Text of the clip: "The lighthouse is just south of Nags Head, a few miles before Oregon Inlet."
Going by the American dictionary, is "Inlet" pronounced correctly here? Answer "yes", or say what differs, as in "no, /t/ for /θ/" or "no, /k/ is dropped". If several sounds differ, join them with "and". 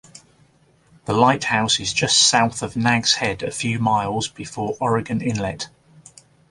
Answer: yes